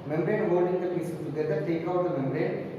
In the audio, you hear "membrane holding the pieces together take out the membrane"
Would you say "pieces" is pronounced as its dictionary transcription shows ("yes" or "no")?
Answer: no